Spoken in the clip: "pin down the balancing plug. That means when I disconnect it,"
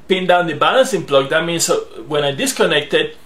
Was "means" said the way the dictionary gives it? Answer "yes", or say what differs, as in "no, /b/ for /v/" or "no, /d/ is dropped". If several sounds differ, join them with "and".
no, /s/ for /z/